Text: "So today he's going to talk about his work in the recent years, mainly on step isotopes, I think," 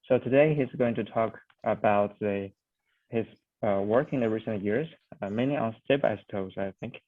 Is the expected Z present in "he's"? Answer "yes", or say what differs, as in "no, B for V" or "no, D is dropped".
yes